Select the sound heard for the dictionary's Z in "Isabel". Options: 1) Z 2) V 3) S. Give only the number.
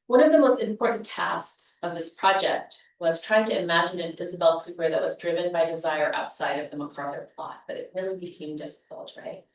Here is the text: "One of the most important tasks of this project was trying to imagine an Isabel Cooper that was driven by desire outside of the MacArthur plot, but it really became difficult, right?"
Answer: 1